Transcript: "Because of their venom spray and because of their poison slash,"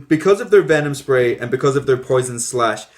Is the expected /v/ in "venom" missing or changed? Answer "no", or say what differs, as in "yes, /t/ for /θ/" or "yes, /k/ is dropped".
no